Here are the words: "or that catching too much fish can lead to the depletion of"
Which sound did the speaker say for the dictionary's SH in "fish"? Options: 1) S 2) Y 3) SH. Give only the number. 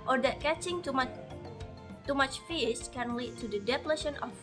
1